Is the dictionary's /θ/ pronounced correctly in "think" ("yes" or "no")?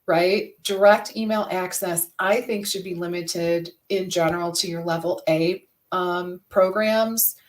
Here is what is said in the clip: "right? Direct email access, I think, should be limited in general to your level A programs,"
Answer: yes